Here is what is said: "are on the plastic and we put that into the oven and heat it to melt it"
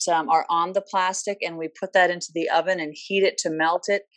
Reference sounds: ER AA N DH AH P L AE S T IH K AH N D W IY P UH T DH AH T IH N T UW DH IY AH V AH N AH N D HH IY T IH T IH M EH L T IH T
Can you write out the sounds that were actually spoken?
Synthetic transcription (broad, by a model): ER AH N DH AH P L AE S T IH K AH N W IY P UH T DH AH T IH N T UW DH IY AH V AH N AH N HH IY T IH T IH M EH L T IH T